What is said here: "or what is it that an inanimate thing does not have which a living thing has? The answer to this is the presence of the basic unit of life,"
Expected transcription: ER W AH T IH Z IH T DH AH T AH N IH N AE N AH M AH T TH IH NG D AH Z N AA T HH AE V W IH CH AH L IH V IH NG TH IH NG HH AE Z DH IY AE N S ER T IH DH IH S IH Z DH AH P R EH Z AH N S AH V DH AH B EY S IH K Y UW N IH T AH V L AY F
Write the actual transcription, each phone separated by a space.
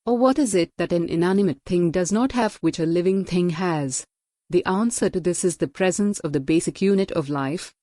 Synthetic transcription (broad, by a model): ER W AH T IH Z IH T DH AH T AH N IH N AE N AH M AH T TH IH NG D AH Z N AA T HH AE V W IH CH AH L IH V IH NG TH IH NG HH AE Z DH IY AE N S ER T IH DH IH S IH Z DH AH P R EH Z AH N S AH V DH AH B EY S IH K Y UW N IH T AH V L AY F